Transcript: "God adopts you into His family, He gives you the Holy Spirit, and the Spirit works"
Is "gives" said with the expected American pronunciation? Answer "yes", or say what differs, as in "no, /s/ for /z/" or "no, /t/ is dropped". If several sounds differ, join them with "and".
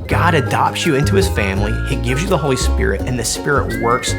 yes